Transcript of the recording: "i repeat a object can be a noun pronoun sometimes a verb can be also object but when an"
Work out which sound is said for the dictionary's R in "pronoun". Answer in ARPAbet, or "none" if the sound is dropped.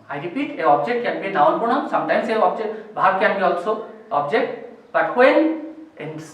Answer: none